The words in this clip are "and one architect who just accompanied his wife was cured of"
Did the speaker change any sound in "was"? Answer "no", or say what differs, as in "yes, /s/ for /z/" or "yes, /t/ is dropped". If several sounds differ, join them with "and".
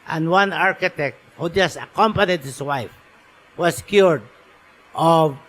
yes, /s/ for /z/